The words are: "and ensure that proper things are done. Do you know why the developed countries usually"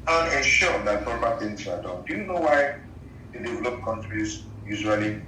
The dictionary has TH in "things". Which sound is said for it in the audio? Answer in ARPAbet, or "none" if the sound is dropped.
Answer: T